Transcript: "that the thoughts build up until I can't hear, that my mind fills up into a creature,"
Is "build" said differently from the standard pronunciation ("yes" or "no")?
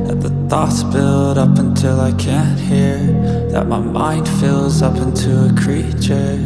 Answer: no